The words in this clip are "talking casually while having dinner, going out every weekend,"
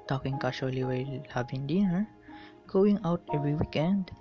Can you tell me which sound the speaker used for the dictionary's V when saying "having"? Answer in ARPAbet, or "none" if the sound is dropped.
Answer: B